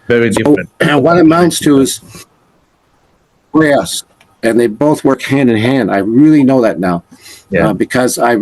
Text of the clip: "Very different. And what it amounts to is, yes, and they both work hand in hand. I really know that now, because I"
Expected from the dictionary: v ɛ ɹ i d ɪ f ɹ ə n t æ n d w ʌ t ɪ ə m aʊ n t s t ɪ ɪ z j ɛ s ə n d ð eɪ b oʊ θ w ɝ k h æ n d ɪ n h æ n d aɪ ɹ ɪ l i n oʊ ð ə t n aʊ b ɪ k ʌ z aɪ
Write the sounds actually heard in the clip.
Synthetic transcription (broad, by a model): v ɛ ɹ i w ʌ ɹ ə t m ɪ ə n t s t ɪ ɪ z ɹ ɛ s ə n ð eɪ b oʊ θ w ɝ k h æ n d ɪ n h æ n d aɪ ɹ ɪ l i n oʊ ð ə t n aʊ b ɪ k ʌ z aɪ